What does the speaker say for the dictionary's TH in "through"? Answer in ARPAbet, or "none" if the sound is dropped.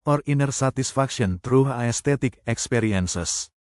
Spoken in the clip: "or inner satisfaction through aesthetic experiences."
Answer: T